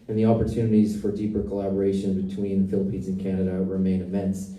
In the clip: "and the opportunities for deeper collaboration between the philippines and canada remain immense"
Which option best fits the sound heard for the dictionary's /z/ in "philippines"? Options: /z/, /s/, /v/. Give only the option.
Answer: /z/